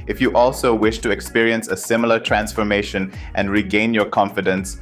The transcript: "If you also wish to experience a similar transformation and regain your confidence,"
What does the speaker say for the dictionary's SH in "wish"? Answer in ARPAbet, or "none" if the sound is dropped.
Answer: SH